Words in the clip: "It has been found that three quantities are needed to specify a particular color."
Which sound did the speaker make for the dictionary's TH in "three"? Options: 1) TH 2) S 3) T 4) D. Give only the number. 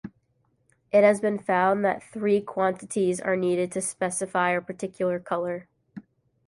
1